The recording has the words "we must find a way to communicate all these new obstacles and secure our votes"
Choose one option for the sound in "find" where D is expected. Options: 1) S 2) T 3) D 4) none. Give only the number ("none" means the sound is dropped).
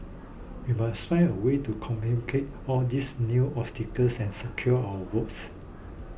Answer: 4